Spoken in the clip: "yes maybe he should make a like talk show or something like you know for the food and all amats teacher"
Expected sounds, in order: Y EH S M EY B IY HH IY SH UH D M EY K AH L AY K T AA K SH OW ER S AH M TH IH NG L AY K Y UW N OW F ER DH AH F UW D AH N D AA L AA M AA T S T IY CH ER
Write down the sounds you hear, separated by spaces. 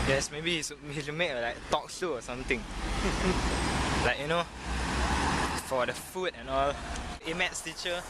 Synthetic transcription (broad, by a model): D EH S M EY B IY HH IY S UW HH M EY K AH L AY K T AA K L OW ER S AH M T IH NG L AY K Y UW N OW F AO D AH F UW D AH N AA L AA M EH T S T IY CH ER